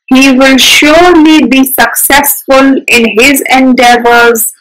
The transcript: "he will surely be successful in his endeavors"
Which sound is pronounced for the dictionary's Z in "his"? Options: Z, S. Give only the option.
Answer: Z